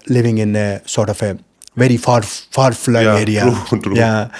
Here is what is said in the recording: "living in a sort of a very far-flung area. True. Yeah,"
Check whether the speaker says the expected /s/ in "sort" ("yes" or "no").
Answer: yes